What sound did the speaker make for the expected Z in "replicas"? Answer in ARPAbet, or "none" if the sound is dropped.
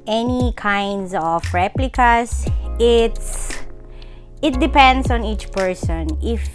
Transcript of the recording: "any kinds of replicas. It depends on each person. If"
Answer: S